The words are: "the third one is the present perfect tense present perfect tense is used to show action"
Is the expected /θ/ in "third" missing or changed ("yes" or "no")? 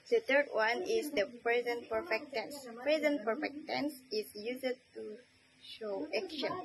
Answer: yes